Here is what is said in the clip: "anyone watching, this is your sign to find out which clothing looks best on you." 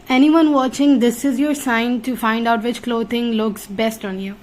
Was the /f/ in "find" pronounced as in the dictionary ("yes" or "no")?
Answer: yes